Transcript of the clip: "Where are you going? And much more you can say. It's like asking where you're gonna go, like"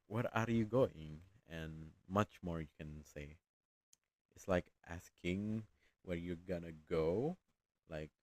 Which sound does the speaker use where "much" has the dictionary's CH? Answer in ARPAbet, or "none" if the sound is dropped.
CH